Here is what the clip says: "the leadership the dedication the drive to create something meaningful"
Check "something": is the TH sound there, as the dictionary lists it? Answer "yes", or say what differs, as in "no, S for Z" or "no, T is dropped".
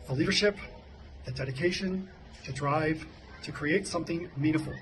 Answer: yes